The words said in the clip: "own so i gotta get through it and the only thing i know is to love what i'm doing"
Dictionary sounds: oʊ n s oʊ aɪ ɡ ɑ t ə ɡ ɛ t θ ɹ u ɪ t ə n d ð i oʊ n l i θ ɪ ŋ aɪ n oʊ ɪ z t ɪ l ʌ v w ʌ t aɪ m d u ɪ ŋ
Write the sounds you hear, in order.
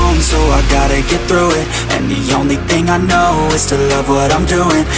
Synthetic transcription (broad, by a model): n s oʊ aɪ ɡ ɑ t ə ɡ ɛ t θ ɹ u ɪ t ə n ð i oʊ n l i θ ɪ ŋ aɪ n oʊ ɪ z t ɪ l ʌ v w ʌ t aɪ m d u ɪ ŋ